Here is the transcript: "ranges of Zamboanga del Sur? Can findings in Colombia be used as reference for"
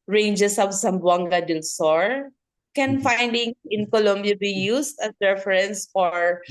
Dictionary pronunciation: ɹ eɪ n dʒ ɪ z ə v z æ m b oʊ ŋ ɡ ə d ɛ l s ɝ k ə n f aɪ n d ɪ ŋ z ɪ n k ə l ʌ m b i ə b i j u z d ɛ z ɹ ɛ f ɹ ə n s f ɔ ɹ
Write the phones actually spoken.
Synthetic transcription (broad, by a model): ɹ eɪ n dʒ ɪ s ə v s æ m b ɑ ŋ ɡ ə d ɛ l s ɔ k ə n f aɪ n d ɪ ŋ ɪ n k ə l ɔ m b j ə b i j u s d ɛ s ɹ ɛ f ɹ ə n s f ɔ ɹ